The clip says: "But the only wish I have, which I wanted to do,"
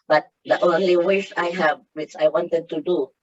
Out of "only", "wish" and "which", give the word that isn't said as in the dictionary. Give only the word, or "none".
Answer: wish